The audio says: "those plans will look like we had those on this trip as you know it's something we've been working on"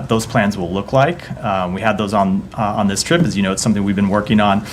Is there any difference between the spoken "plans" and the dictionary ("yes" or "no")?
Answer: no